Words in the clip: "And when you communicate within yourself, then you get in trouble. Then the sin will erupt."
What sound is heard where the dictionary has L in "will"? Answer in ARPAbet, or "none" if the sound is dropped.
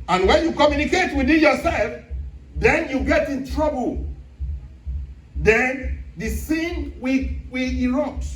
W